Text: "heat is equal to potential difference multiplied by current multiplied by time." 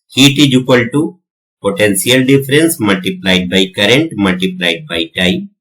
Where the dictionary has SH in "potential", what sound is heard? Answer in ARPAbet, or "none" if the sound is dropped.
S